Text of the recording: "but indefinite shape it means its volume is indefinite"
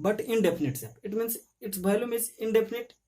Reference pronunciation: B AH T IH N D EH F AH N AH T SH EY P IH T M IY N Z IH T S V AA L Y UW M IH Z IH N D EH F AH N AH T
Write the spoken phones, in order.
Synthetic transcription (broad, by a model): B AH T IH N D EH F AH N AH T S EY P IH T M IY N S IH T S B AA L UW M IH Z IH N D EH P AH N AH T